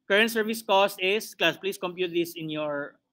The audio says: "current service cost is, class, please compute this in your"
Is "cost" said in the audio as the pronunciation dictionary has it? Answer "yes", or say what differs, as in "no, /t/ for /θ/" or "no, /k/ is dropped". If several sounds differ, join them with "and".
yes